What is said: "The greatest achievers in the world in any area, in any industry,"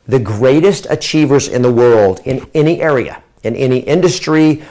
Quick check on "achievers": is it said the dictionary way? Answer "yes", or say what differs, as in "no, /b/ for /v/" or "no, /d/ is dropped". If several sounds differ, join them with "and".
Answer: yes